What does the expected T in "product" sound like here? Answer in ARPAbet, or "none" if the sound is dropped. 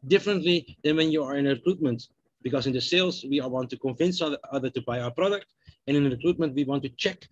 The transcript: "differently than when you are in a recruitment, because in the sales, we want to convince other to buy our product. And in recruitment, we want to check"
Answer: T